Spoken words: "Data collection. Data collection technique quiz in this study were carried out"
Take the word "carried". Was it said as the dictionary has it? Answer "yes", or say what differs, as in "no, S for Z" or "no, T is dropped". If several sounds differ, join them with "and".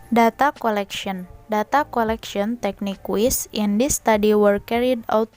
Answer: yes